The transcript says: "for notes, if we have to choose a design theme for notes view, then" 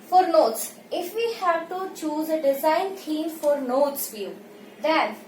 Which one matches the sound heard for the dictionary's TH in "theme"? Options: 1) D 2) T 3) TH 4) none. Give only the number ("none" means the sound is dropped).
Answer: 2